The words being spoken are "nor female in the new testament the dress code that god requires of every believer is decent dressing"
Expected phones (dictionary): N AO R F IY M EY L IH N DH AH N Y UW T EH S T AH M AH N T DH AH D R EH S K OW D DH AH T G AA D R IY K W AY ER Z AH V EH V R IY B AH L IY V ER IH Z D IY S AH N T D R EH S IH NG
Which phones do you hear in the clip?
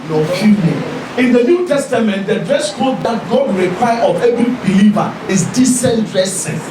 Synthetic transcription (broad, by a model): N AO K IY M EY N IH N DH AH N Y UW T EH S T AH M AH N T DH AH D R EH S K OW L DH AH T G AA D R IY K W AY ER AH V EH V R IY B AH L IY V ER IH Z D IY S AH N T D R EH S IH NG